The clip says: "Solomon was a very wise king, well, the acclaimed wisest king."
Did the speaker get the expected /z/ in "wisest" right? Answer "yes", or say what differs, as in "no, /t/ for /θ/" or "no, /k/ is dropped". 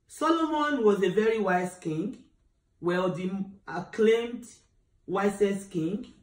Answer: no, /s/ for /z/